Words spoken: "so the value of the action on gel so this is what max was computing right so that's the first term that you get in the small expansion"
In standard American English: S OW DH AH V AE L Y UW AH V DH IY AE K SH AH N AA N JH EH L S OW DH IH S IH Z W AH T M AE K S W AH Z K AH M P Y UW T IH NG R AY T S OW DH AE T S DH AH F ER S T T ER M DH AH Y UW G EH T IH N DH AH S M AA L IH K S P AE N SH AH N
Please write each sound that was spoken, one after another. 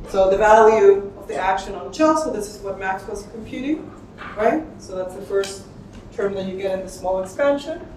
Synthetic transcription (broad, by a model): S OW DH AH V AE L Y UW AH V DH IY AE K SH AH N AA N CH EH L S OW DH IH S IH Z W AH T M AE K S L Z K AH M P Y UW T IH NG R AY T S OW DH AE T S DH AH F ER S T T ER M DH AH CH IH G EH T IH N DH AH S M AA L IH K S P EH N SH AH N